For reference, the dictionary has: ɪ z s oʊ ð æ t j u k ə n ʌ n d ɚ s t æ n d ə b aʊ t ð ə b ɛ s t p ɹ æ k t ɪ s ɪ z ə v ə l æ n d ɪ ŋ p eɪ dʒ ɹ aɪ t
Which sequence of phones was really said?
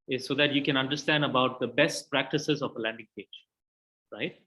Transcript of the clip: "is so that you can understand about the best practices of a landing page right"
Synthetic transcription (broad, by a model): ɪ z s oʊ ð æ t j u k ə n ʌ n d ɚ s t æ n d ə b aʊ t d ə b ɛ s t p ɹ æ k t ɪ s ɪ z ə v ə l æ n d ɪ ŋ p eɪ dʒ ɹ aɪ t